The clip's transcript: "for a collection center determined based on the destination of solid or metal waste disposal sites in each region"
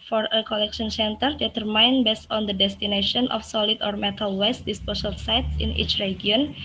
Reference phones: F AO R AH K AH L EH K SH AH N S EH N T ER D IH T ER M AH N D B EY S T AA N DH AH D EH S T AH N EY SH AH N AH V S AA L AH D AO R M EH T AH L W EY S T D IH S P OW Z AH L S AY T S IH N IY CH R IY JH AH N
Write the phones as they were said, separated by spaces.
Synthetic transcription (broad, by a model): F AO R AH K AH L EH K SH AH N S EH N T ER D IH T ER M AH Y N B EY S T AA N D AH D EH S T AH N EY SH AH N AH F S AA L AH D AO R M EH T AH L W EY S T D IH S P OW S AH L S AY T S IH N IY CH R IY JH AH N